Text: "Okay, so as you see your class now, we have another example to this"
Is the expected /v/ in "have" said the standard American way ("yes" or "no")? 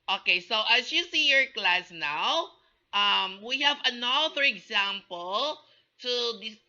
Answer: yes